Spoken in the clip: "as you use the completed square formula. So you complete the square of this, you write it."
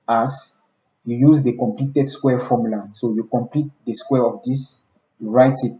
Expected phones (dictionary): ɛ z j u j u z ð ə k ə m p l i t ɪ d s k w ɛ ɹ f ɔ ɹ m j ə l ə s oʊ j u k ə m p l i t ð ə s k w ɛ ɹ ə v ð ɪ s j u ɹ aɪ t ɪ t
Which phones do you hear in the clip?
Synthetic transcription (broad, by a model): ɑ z j u j u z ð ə k ə m p l i t ɪ d s k w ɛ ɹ f ɔ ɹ m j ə l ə s oʊ j u k ə m p l i t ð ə s k w ɛ ɹ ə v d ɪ s j u ɹ aɪ t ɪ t